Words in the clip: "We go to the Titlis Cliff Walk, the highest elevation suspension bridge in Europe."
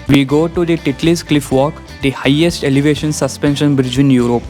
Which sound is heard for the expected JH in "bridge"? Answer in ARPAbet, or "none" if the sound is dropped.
JH